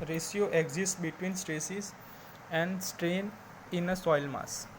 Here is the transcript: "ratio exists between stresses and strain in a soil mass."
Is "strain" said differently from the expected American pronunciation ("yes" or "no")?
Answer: no